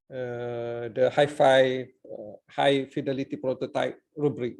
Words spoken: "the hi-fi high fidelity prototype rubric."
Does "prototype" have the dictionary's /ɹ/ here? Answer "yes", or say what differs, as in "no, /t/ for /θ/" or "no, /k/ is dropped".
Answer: yes